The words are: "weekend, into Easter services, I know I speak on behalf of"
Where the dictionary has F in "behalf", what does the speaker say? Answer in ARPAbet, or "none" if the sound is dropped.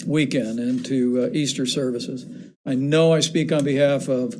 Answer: F